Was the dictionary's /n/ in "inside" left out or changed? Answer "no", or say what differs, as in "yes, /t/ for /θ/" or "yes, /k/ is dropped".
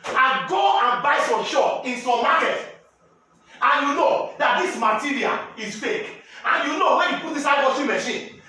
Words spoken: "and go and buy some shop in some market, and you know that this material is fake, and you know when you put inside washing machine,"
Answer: yes, /n/ is dropped